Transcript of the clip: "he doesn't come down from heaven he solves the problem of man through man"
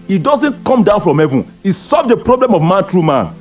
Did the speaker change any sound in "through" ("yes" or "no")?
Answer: yes